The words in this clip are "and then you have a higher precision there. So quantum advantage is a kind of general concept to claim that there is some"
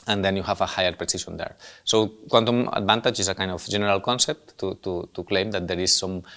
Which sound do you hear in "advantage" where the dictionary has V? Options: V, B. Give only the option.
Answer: B